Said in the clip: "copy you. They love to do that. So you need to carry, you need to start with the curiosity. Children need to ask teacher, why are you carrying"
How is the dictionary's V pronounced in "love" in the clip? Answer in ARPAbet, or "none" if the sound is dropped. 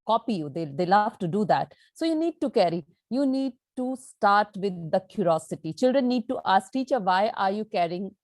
F